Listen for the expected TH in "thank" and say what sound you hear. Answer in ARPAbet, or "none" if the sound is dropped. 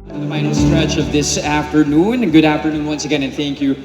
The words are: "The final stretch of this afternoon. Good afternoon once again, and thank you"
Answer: TH